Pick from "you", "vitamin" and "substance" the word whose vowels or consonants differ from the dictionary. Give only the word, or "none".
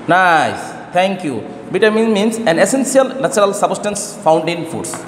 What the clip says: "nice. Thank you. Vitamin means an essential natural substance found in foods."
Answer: vitamin